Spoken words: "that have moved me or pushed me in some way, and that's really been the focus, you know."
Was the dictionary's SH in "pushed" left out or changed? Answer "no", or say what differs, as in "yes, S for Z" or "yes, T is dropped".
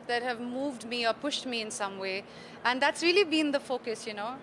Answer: no